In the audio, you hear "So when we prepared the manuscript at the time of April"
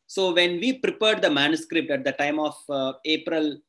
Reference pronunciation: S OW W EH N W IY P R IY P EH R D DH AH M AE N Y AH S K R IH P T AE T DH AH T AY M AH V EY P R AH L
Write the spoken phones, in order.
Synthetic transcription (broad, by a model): S OW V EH N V IY P R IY P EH R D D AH M AE N Y AH S K R IH P T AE T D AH T AY M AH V EY P R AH L